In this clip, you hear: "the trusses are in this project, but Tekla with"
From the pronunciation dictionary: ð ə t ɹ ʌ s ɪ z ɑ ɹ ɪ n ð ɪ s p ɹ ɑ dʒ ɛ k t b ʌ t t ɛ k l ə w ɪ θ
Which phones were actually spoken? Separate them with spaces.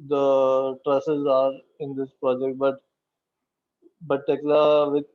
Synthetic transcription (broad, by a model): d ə t ɹ ʌ s ɪ z ɑ ɹ ɪ n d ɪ s p ɹ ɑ dʒ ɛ k t b ʌ t t ɛ k l ə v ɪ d